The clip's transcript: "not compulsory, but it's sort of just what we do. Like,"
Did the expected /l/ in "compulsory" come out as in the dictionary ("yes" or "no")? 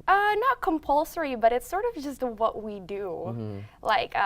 yes